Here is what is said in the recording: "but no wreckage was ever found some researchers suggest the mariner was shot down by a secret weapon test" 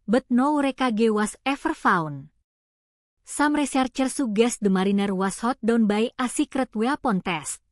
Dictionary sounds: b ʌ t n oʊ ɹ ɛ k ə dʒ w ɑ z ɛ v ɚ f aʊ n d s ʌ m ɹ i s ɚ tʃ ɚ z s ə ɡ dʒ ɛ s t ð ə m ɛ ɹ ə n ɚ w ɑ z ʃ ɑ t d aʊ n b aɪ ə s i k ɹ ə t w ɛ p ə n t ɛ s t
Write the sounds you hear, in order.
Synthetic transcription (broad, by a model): b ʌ t n oʊ ɹ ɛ k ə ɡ w ɑ s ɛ f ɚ f aʊ n s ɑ m ɹ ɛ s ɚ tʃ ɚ s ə ɡ ɛ s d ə m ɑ ɹ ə n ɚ w ɑ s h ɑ t d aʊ n b aɪ ə s i k ɹ ə t w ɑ p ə n t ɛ s t